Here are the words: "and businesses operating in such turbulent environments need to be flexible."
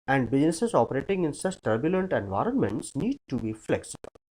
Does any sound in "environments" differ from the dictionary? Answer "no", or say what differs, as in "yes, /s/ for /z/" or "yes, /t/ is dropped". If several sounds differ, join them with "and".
no